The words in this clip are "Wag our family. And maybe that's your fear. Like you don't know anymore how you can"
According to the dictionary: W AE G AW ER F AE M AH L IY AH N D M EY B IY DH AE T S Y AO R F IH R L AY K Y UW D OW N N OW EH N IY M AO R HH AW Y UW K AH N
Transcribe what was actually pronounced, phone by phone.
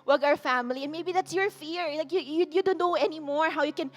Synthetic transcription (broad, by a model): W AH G AW ER F AE M AH L IY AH N M EY B IY DH AE T S Y AO R F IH R L AY K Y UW D OW N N OW EH N IY M AO R HH AW Y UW K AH N